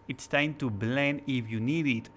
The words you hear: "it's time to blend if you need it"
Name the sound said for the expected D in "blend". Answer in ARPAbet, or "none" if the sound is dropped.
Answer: none